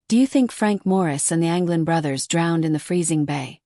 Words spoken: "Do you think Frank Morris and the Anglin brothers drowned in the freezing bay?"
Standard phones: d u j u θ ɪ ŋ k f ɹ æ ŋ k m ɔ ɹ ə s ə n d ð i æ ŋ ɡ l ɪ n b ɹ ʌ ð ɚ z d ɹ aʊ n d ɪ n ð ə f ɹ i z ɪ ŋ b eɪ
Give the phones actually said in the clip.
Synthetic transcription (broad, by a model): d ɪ j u θ ɪ ŋ k f ɹ æ ŋ k m ɔ ɹ ə s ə n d ð i æ ŋ ɡ l ɪ n b ɹ ʌ ð ɚ z d ɹ aʊ n d ɪ n ð ə f ɹ i z ɪ ŋ b eɪ